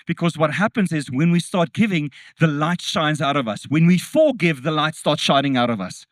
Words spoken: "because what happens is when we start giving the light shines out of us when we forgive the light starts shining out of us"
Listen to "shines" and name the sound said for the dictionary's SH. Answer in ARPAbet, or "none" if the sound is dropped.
SH